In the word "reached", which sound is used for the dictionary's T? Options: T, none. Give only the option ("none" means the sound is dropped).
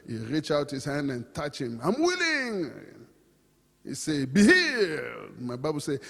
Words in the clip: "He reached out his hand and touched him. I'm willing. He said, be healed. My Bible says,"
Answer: none